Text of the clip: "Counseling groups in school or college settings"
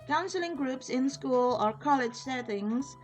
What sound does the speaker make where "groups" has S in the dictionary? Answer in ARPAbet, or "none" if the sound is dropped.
S